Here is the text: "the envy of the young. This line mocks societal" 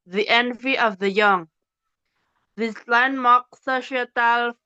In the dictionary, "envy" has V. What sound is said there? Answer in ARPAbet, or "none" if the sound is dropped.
V